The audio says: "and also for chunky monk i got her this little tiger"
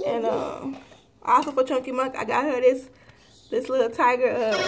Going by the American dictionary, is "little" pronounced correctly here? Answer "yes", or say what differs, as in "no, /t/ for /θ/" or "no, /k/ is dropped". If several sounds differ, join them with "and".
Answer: no, /s/ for /t/